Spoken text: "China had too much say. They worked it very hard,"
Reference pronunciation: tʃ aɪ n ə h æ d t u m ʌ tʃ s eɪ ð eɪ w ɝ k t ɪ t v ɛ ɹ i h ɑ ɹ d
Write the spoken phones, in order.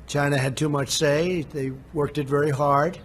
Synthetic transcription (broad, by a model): tʃ aɪ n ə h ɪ d t u m ʌ tʃ s eɪ ð eɪ w ɝ k t ɪ t v ɛ ɹ i h ɑ ɹ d